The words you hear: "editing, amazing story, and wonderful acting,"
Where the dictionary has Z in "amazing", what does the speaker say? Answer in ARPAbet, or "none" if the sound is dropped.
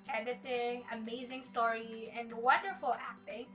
Z